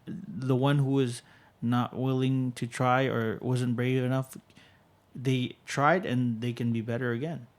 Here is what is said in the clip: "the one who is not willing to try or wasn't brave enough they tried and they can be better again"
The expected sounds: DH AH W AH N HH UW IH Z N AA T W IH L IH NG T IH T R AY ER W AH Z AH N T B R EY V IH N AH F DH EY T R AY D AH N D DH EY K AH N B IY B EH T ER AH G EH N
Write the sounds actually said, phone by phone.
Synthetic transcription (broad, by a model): DH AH W AH N HH UW IH Z N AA T W IH L IH NG T IH T R AY ER W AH Z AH N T B R EY V IH N AH F DH EY T R AY D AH N DH EY K AH N B IY B EH T ER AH G EH N